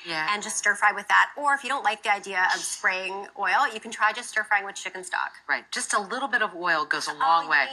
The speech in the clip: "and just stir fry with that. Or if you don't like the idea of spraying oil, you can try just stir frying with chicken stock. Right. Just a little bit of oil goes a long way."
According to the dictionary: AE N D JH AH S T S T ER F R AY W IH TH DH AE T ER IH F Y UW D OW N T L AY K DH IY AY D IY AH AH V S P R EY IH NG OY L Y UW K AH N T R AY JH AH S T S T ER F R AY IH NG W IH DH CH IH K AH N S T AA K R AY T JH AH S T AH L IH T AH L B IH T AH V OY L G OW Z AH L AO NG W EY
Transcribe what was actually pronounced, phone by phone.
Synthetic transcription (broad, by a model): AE N JH AH S T S T ER F R AY W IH DH AE T ER IH F Y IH D OW N T L AY K DH IY AY D IY AH AH V S P R EY IH NG OY L Y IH K N T R AY JH AH S T S T ER F R AY IH NG W IH DH CH IH K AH N S T AA K R AY T JH AH S T AH L IH T L B IH T AH V OY L G OW Z AH L AO NG W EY